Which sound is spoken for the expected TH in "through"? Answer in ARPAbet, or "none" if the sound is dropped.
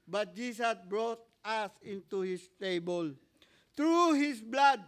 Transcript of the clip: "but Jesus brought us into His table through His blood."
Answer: T